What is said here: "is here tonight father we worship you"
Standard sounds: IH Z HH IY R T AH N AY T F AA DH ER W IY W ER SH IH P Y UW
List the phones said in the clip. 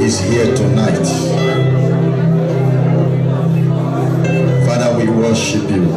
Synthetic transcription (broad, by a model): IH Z HH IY T AH N AY T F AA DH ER W IY W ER SH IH P Y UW